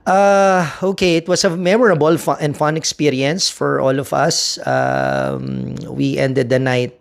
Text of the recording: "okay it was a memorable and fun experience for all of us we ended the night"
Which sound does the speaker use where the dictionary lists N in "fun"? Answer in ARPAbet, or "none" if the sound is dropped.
N